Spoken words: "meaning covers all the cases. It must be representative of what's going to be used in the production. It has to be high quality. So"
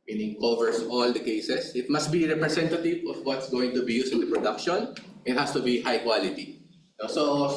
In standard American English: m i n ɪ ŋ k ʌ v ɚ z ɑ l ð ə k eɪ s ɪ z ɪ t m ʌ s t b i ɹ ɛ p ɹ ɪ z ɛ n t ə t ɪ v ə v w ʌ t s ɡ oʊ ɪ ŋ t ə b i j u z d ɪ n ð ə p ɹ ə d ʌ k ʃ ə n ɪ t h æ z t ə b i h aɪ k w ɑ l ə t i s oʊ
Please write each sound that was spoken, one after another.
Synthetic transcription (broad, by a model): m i n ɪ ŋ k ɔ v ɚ s ɑ l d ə k eɪ s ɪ s ɪ t m ʌ s t b i ɹ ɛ p ɹ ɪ s ɛ n t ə t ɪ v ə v w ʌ t s ɡ oʊ ɪ ŋ t ə b i j u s ɪ n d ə p ɹ ə d ʌ k ʃ ə n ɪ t h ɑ s t ə b i h aɪ k w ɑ l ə t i s oʊ